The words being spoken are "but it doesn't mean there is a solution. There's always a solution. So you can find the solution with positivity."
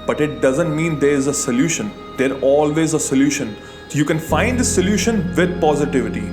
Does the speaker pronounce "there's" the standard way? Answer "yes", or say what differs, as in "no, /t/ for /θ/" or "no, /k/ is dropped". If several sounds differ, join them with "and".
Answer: no, /z/ is dropped